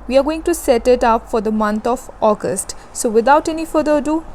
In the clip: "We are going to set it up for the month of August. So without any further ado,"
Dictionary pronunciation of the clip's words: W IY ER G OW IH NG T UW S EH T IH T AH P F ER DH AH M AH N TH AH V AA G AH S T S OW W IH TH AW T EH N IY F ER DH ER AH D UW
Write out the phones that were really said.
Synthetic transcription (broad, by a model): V IY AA G OW IH NG T UW S EH T IH T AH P F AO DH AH M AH N T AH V AA G AH S T S OW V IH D AW T EH N IY F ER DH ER AH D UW